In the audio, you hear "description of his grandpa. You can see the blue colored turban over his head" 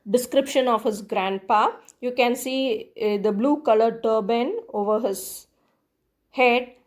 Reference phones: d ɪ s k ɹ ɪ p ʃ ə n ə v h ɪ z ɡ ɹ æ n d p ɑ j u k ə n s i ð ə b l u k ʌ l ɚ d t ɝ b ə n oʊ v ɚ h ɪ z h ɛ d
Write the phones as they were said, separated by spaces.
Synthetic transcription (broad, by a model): d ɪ s k ɹ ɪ p ʃ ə n ə v h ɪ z ɡ ɹ æ n d p ɑ j u k ə n s i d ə b l u k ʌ l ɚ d t ɝ b ə n oʊ v ɚ h ɪ z h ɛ d